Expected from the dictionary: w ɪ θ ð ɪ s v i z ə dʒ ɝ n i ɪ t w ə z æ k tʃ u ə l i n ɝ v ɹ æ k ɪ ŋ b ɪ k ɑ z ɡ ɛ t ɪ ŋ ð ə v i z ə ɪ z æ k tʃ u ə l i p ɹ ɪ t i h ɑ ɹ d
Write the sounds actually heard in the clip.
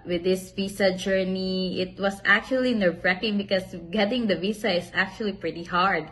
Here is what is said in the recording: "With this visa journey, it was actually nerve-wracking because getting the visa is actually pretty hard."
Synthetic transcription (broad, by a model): w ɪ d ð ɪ s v i s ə dʒ ɝ n i ɪ t w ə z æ k tʃ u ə l i n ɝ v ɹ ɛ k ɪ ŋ b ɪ k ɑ s ɡ ɛ t ɪ ŋ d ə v i s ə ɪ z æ k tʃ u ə l i p ɹ ɪ t i h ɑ ɹ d